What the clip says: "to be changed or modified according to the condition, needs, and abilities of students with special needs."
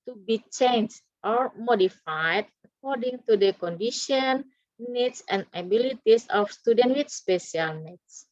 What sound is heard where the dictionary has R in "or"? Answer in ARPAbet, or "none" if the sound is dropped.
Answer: R